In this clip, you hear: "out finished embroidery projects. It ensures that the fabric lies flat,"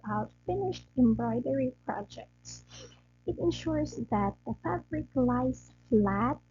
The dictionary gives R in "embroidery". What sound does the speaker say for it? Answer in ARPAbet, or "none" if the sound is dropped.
R